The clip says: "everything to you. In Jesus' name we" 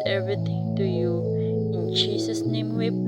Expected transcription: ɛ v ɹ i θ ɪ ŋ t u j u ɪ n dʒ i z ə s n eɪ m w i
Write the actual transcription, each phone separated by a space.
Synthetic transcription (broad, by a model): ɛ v ɹ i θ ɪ ŋ t u j u ɪ n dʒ i s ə s n eɪ m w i